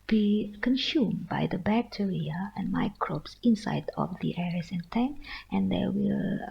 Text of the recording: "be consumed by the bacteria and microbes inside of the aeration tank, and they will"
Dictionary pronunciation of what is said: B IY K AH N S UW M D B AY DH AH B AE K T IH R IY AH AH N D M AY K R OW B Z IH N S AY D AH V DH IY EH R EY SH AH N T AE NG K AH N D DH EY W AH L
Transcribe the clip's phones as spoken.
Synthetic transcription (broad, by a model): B IY K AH N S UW M B AY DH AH B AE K T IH R IY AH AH N M AY K R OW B S IH N S AY D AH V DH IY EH R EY S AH N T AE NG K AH N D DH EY W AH L